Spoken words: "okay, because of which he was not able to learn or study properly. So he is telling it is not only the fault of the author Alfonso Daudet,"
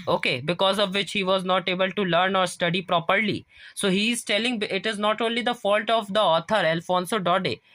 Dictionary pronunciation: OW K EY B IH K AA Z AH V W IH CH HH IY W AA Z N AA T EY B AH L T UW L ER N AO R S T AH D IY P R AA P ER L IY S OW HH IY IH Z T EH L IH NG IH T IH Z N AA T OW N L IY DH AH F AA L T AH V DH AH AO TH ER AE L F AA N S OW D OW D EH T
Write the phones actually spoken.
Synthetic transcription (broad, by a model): OW K EY B IH K AA Z AH V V IH CH HH IY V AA Z N AA T EY B AH L T UW L ER N AO R S T AH D IY P R AA P ER L IY S OW HH IY IH Z T EH L IH NG IH T IH Z N AA T OW N L IY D AH F AA L T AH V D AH AO T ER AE L F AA N S OW D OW D EH